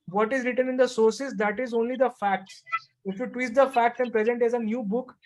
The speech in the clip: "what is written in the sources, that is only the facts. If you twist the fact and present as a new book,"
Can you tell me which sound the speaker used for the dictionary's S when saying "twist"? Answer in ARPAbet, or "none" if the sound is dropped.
none